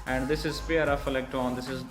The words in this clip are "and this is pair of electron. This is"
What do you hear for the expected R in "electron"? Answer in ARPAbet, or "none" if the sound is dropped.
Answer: none